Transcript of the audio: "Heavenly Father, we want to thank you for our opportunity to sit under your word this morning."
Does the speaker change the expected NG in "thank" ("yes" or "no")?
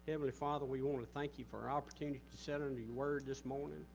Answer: no